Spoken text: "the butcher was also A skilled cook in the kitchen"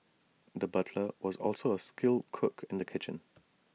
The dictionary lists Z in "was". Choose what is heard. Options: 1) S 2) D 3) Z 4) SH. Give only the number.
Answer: 3